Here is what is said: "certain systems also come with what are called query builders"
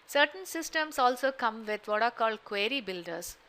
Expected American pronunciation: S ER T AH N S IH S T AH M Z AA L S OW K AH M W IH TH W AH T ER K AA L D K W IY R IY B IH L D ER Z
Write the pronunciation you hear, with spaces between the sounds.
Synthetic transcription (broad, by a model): S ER T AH N S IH S T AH M S AA L S OW K AH M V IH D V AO T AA K AA L D K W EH R IY B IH L D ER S